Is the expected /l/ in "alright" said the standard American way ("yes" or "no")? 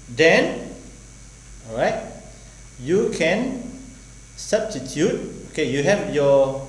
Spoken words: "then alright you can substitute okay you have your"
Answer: no